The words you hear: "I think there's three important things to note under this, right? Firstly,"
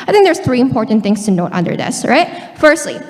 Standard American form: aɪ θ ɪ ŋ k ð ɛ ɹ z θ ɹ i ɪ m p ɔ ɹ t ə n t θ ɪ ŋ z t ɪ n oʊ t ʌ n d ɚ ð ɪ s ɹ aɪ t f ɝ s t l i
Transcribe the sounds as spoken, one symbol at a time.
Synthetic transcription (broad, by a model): aɪ θ ɪ ŋ k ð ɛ ɹ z θ ɹ i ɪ m p ɔ ɹ t n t θ ɪ ŋ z t ɪ n oʊ t ʌ n d ɚ ð ɪ s ɹ aɪ t f ɝ s t l i